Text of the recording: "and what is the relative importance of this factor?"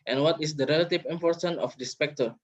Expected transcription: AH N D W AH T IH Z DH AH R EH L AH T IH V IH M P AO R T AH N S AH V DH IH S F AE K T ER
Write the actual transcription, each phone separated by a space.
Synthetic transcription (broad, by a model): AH N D W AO T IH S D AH R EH L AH T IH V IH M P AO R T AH N AH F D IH S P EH K T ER